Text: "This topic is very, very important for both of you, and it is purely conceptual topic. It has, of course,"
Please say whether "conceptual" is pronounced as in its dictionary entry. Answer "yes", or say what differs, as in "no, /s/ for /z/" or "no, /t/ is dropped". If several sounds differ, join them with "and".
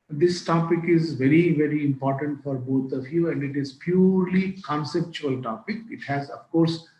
yes